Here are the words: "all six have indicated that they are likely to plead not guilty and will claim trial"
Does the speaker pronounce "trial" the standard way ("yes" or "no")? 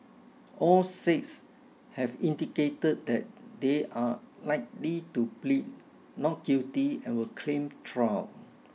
no